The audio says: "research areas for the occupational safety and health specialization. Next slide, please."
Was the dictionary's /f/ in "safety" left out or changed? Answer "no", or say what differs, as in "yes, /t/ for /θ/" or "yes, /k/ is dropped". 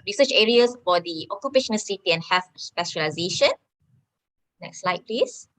yes, /f/ is dropped